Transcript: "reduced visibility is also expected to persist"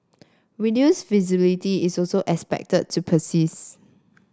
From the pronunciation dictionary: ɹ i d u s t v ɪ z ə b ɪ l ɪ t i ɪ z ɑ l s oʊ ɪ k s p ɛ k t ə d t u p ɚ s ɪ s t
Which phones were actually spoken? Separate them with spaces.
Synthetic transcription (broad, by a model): w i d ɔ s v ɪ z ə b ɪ l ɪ t i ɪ s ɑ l s oʊ ɪ k s p ɛ k t ə d t u p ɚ s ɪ s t